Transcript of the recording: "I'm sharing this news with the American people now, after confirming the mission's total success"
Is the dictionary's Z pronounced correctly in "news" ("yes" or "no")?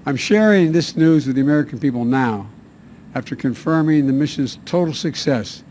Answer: yes